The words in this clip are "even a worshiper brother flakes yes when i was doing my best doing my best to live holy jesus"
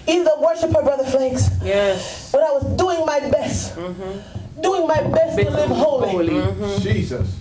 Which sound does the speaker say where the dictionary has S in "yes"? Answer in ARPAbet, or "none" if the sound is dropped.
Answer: none